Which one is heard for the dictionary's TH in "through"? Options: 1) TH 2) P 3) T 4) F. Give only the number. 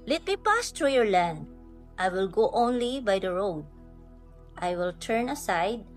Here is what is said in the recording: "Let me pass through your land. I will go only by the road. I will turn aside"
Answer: 3